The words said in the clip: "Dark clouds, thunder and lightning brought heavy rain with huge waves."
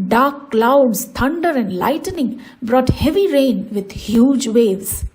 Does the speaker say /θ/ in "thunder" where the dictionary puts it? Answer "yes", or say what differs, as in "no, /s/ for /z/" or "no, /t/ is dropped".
no, /t/ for /θ/